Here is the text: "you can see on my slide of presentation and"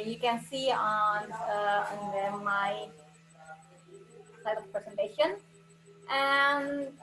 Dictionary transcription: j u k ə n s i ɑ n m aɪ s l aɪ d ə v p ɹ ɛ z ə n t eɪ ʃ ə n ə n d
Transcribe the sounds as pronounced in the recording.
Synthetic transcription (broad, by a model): j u k ə n s i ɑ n m aɪ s aɪ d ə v p ɹ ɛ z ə n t eɪ ʃ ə n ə n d